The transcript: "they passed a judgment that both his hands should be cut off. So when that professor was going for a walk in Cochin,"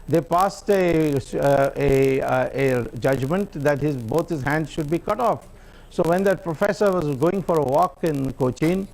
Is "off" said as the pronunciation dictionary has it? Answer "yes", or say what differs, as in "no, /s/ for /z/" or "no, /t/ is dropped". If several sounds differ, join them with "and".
yes